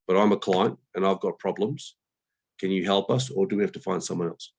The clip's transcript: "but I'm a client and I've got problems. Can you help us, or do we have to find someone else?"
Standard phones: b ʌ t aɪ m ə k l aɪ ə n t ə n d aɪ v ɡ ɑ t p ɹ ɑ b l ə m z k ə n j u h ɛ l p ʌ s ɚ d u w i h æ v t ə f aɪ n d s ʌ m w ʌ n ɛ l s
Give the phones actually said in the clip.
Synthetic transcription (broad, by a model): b ʌ t aɪ m ə k l aɪ ə n t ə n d aɪ v ɡ ɑ t p ɹ ɑ b l ə m z k ə n j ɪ h ɛ l p ʌ s ɚ d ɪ w i h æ f t ə f aɪ n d s ʌ m w ʌ n ɛ l s